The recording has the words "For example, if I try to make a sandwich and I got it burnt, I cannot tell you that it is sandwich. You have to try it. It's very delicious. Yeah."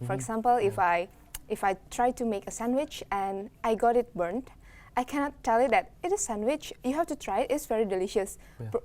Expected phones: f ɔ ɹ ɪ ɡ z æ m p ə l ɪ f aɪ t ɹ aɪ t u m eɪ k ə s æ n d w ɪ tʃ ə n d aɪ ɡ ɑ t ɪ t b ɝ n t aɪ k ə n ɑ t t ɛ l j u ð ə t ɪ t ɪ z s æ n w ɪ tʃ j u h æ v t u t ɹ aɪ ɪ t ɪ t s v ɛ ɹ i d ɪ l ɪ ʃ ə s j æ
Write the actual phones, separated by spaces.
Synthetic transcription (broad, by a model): f ɔ ɹ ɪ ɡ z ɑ m p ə l ɪ f aɪ t ɹ aɪ t u m eɪ k ə s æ n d w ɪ tʃ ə n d aɪ ɡ ɑ t ɪ t b ɝ n t aɪ k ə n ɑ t t ɛ l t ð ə t ɪ t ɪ s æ n w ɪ tʃ j u h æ f t u t ɹ aɪ ɪ t ɪ t s v ɛ ɹ i d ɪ l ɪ ʃ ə s